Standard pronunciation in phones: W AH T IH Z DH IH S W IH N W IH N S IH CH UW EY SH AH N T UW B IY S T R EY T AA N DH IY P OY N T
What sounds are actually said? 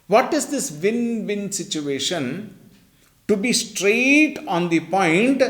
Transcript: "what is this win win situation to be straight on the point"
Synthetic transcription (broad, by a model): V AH T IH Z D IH S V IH N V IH N S IH CH UW EY SH AH N T UW B IY S T R EY T AA N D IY P OY N T